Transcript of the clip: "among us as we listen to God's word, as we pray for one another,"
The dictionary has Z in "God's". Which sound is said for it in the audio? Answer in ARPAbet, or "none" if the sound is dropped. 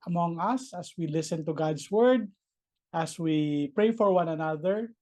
S